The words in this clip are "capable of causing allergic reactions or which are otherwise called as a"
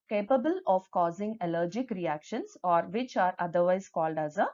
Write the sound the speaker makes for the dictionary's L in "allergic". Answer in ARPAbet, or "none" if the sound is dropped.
L